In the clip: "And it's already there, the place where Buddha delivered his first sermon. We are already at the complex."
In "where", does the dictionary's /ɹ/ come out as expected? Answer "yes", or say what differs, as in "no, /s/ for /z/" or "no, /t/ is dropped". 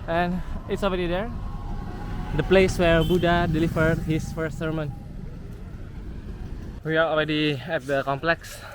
yes